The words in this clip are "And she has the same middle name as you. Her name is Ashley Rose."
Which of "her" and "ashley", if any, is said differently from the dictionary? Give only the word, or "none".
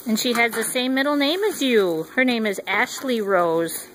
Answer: none